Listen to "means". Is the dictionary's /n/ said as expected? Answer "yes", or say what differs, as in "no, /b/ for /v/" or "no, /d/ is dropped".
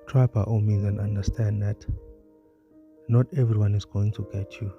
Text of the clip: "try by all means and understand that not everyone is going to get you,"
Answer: no, /n/ is dropped